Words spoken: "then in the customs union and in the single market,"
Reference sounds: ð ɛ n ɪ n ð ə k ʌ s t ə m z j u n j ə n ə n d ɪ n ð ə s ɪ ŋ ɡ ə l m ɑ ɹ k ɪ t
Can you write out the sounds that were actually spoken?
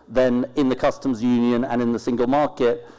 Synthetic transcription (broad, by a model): ð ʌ n ɪ n ð ə k ʌ s t ə m z j u n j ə n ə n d ɪ n ð ə s ɪ ŋ ɡ ə l m ɑ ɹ k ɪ t